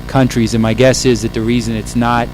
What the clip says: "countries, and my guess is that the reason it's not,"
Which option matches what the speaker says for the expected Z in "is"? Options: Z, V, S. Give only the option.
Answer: Z